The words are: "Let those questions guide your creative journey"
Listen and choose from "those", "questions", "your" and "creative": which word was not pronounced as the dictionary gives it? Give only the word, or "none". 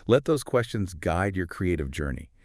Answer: none